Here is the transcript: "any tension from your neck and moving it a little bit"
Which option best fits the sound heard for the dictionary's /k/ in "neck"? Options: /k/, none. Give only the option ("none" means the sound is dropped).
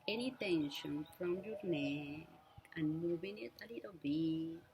none